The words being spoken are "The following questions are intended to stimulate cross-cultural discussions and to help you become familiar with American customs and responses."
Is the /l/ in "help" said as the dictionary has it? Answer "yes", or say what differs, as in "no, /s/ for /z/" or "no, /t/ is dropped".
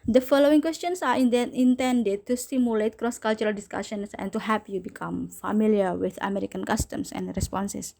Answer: no, /l/ is dropped